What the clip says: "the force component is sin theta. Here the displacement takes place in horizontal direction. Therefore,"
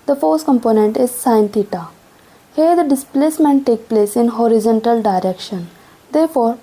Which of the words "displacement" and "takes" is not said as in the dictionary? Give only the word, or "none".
takes